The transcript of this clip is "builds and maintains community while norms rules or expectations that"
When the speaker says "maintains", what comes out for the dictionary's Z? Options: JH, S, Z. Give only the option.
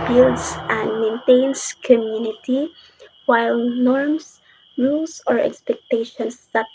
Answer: S